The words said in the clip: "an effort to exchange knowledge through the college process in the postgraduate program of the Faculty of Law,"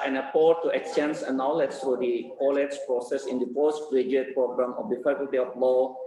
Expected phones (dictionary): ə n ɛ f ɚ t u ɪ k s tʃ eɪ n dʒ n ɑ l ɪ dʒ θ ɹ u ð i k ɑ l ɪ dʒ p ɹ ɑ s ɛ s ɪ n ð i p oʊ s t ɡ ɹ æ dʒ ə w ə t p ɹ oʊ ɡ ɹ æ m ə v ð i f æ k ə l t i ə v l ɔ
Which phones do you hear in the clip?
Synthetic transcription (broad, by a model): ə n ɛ p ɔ t u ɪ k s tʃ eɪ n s n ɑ l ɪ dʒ t ɹ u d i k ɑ l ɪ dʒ p ɹ ɑ s ɛ s ɪ n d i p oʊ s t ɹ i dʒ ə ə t p ɹ oʊ ɡ ɹ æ m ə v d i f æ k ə l t i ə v l ɔ